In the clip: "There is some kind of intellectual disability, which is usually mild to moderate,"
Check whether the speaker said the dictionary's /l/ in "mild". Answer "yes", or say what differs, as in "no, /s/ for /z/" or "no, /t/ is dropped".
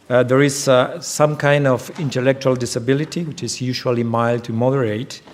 yes